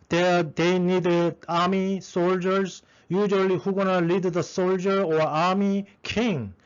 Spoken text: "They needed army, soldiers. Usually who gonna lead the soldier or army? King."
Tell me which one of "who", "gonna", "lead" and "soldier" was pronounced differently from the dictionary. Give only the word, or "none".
none